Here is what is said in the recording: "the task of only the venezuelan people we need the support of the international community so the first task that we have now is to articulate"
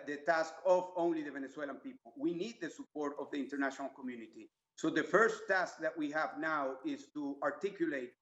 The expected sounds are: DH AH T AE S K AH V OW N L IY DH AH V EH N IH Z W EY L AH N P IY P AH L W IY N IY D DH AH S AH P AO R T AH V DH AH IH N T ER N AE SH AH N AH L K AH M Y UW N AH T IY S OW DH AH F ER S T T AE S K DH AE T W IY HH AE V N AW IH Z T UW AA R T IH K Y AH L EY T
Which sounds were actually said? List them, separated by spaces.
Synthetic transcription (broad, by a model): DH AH T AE S K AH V OW N L IY DH AH V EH N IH S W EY L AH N P IY P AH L W IY N IY D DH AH S AH P AO R T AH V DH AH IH N T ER N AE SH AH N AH L K AH M Y UW N AH T IY S OW DH AH F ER S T T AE S K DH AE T W IY HH AE V N AW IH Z T UW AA R T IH K Y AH L EY T